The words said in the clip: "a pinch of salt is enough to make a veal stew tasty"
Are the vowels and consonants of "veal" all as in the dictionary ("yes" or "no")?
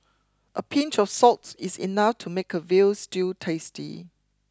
yes